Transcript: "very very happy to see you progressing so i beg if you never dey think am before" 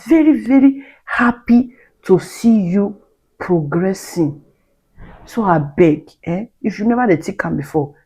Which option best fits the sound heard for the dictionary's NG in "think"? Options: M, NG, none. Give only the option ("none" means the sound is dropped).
none